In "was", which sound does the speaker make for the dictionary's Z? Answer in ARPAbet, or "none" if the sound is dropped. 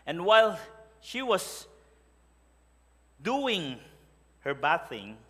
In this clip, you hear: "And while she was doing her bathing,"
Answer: S